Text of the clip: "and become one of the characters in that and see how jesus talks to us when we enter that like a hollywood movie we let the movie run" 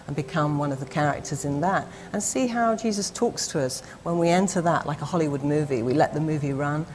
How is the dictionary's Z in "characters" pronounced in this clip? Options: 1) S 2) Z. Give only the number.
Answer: 2